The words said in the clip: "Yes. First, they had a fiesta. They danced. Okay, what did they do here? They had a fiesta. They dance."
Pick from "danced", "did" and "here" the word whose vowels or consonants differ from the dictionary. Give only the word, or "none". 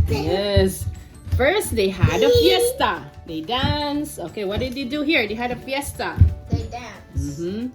danced